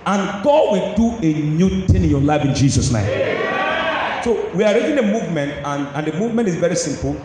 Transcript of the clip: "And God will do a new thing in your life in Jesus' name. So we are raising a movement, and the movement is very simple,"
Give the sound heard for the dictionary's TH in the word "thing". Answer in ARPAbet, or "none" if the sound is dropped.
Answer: T